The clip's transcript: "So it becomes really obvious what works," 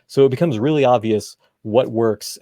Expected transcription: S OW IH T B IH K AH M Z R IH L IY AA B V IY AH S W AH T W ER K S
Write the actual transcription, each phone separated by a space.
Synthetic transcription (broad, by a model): S OW IH T B IH K AH M Z R IH L IY AA B V IY AH S W AH T W ER K S